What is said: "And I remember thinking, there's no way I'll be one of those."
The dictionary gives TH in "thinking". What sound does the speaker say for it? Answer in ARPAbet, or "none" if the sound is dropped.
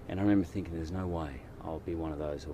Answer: TH